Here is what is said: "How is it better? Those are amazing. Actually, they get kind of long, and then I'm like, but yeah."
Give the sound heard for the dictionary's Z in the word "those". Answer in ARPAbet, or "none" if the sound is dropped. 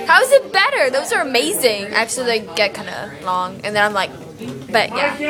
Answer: Z